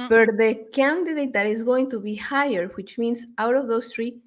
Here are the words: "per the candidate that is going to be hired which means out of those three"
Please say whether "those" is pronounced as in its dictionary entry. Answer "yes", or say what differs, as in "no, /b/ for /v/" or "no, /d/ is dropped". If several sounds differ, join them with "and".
no, /s/ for /z/